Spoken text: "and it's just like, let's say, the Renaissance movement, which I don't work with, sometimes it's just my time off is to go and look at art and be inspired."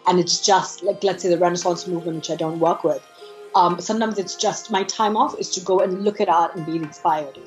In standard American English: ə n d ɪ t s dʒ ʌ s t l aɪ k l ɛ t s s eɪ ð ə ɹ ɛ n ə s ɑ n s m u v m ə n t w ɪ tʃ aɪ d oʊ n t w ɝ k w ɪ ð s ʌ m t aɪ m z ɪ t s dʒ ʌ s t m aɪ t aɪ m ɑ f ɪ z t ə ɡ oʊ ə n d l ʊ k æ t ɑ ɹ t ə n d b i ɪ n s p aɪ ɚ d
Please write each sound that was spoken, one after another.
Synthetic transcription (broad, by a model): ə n ɪ t s dʒ ʌ s t l aɪ k l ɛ t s s eɪ ð ə ɹ ɛ n ə s ɑ n s m u v m ə n t w ɪ tʃ aɪ d oʊ n t w ɝ k w ɪ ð s ʌ m t aɪ m z ɪ t s dʒ ʌ s t m aɪ t aɪ m ɑ f ɪ z t ə ɡ oʊ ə n l ʊ k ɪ t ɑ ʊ t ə n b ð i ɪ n s p aɪ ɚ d